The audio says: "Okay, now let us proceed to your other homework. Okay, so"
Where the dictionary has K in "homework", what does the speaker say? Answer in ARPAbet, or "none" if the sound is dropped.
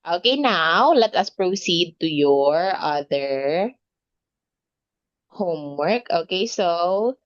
K